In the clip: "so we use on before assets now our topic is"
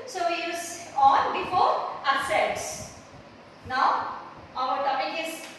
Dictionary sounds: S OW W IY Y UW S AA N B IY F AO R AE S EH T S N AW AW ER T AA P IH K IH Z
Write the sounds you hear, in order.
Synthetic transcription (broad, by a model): S OW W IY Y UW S AA N B IY F AO R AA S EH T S N AW AW ER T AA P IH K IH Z